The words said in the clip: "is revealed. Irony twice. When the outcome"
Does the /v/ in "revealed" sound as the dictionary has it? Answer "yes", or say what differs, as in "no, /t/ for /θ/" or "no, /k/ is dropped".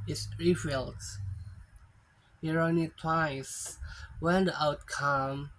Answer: no, /f/ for /v/